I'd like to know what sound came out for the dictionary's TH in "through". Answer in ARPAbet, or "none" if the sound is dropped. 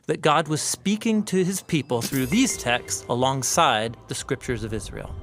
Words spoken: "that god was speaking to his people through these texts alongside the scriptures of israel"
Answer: TH